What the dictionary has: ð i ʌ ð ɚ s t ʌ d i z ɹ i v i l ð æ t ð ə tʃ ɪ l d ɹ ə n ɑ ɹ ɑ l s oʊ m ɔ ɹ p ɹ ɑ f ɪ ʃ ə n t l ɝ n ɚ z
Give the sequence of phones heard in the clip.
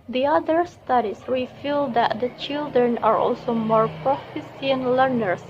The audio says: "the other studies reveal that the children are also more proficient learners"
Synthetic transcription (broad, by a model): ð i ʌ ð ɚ s t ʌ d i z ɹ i f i l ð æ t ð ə tʃ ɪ l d ɹ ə n ɑ ɹ ɑ l s oʊ m ɔ ɹ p ɹ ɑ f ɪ s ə n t l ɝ n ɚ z